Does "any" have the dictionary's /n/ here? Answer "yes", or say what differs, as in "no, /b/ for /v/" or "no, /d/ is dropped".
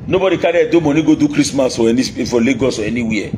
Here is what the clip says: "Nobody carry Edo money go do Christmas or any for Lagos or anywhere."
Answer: no, /n/ is dropped